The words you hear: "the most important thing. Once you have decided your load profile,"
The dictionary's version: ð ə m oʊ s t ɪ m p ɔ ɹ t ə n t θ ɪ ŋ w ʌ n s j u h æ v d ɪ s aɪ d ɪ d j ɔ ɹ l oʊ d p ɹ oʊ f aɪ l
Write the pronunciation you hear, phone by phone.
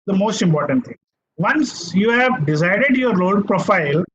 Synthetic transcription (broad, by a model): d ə m oʊ s t ɪ m p ɔ ɹ t ə n t t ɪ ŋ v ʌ n s j u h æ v d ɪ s aɪ d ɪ d j ɔ ɹ oʊ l p ɹ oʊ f aɪ l